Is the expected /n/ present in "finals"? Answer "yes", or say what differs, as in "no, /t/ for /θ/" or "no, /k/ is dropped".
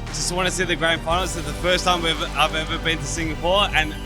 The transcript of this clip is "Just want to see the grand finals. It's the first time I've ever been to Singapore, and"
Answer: no, /n/ is dropped